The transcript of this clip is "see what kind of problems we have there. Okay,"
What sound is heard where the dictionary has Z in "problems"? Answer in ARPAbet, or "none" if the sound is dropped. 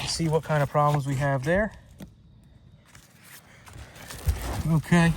Z